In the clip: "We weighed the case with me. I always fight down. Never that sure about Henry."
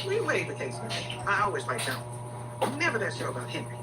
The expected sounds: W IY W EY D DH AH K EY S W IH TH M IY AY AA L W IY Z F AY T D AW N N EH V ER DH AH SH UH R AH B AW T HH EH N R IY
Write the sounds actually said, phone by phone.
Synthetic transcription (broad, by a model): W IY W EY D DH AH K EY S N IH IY AY AA L W IY Z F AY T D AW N N EH V ER DH AH S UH AH B AW T HH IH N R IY